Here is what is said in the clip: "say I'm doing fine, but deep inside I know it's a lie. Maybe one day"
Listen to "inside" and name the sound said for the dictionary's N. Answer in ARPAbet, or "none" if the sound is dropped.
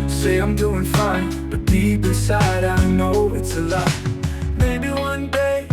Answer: none